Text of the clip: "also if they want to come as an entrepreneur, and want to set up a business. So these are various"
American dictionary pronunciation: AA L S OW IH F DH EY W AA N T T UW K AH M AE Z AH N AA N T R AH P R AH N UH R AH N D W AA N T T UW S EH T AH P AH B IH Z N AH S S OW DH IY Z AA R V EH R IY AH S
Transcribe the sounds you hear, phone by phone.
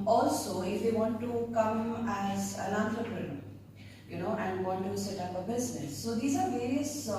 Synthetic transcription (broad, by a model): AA L S OW IH F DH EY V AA N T T UW K AH M AE Z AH L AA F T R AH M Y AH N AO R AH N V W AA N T T UW S EH T AH P AH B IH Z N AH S S OW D IY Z AA R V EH R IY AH S